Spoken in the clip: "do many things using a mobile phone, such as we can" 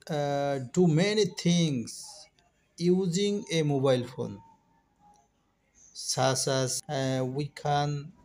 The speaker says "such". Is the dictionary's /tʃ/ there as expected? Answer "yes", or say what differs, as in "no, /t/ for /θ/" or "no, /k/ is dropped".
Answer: no, /s/ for /tʃ/